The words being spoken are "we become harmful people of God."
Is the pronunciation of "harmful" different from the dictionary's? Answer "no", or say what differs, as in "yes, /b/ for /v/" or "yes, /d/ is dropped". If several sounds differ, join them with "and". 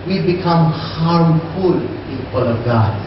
yes, /m/ is dropped